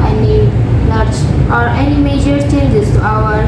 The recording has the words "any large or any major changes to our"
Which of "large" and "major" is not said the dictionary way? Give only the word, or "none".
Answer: large